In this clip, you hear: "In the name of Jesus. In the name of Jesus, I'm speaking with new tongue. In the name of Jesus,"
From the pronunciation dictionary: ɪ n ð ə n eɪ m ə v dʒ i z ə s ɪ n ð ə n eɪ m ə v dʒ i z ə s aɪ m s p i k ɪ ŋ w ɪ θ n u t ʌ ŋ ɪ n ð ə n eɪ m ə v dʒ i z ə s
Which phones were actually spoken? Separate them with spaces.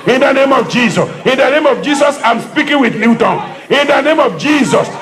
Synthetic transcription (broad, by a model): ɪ n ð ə n eɪ m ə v dʒ i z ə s ɪ n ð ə n eɪ m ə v dʒ i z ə s aɪ m s p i k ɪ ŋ w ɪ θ l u t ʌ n ɪ n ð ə n eɪ m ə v dʒ i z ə s